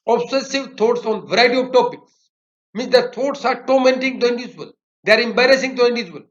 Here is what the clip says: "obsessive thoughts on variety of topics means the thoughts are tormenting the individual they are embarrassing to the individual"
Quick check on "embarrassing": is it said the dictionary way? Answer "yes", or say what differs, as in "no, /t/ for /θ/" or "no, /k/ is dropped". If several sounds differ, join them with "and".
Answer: yes